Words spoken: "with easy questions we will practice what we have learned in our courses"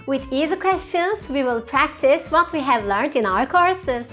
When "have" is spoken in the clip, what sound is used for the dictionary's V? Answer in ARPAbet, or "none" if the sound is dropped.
V